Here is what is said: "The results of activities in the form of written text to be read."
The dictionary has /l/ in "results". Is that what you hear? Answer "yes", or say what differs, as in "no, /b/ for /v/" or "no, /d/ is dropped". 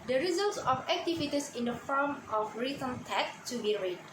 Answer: yes